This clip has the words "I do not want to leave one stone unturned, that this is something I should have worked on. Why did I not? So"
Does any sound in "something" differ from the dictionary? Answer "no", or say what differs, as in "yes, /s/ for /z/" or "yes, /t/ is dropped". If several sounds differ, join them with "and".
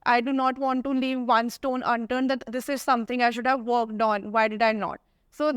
yes, /t/ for /θ/